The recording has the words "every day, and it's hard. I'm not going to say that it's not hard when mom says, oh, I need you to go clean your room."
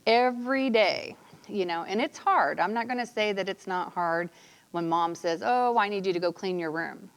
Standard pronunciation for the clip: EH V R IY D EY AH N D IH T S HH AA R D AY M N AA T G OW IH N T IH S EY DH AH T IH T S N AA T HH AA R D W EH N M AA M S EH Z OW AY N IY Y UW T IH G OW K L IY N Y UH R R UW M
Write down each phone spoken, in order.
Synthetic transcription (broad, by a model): EH V R IY D EY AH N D IH T S HH AA R D AY M N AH T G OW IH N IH S EY DH AH T IH T S N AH T HH AA R D W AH N M AA M S EH Z OW AY N IY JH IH T IH G OW K L IY N Y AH R R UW M